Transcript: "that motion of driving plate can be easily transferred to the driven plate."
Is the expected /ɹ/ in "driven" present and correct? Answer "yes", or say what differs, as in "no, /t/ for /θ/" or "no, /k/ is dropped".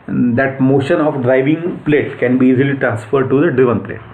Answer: yes